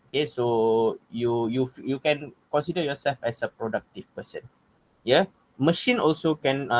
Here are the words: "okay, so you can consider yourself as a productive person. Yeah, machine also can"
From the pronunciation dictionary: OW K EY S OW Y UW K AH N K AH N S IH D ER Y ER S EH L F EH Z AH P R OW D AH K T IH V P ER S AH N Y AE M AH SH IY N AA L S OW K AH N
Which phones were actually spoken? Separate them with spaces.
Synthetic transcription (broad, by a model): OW K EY S OW Y UW K AH N K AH N S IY D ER Y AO S EH L F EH S AH P R OW D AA K T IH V P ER S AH N Y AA M AH SH IY N AA L S OW K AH N